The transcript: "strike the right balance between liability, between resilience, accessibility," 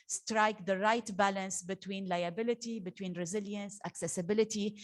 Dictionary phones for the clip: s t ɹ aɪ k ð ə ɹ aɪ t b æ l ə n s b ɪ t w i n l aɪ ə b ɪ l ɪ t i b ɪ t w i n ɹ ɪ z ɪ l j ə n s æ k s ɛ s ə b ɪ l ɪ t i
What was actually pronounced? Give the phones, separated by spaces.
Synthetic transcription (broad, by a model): s t ɹ aɪ k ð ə ɹ aɪ t b æ l ə n s b ɪ t w i n l aɪ ə b ɪ l ɪ t i b ɪ t w i n ɹ ɪ z ɪ l j ə n s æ k s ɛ s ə b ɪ l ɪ t i